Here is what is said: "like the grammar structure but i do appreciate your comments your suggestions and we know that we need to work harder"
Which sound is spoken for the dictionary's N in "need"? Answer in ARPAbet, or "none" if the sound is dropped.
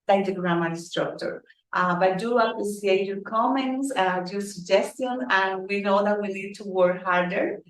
L